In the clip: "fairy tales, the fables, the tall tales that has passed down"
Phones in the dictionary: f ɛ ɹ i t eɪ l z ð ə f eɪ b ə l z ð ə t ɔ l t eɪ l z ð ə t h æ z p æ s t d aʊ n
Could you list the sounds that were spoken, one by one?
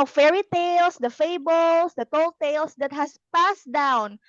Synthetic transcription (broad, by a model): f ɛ ɹ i t eɪ l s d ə f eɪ b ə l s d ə t ɔ l t eɪ l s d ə t h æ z p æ s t d aʊ n